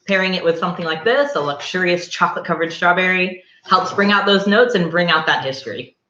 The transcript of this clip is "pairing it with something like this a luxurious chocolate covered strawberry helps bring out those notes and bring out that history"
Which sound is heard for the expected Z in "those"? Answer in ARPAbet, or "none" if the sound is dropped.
Z